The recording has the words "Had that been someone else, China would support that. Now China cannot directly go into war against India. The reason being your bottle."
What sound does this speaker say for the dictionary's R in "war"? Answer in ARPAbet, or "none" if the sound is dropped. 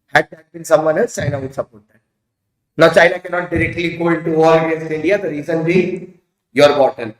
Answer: L